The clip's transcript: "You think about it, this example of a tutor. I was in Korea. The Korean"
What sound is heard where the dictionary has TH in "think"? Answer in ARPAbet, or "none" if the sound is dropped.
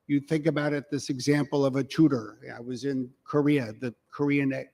TH